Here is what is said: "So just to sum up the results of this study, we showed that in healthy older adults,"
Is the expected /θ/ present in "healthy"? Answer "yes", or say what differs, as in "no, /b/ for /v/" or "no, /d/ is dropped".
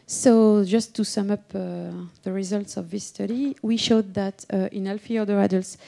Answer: no, /f/ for /θ/